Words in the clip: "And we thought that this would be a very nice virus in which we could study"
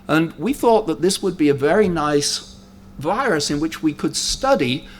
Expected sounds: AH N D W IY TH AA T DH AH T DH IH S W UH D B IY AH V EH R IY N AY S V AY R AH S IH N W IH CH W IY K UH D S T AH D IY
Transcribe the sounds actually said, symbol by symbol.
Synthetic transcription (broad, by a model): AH N W IY TH AA T DH AH T DH IH S W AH D B IY AH V EH R IY N AY S V AY R AH S IH N W IH CH W IY K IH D S T AH D IY